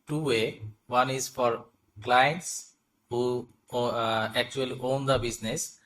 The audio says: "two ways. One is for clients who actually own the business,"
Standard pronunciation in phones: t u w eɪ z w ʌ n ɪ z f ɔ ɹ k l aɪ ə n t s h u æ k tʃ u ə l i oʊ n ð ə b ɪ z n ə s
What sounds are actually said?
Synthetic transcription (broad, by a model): t u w eɪ w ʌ n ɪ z f ɔ ɹ k l aɪ ə n t s h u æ k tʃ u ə l i oʊ n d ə b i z n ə s